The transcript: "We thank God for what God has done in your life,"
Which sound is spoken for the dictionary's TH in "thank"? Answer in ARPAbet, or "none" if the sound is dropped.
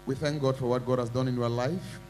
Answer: TH